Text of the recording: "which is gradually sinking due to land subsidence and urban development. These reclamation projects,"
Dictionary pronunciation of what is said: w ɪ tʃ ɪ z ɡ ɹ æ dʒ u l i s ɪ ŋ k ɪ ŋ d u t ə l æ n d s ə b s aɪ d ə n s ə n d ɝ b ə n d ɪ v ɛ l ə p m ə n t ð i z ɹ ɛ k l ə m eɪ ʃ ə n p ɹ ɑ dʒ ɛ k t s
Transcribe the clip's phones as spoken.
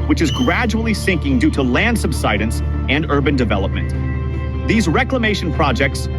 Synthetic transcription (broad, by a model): w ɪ tʃ ɪ z ɡ ɹ æ dʒ u l i s ɪ ŋ k ɪ ŋ d u t ə l æ n d s ə b s aɪ d ə n s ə n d ɝ b ə n d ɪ v ɛ l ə p m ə n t ð i z ɹ ɛ k l ə m eɪ ʃ ə n p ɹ ɑ dʒ ɛ k t s